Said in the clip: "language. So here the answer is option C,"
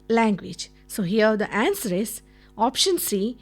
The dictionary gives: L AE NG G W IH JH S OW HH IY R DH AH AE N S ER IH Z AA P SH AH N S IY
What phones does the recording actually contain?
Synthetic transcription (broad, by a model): L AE NG G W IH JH S OW HH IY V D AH AE N S ER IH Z AA P SH AH N S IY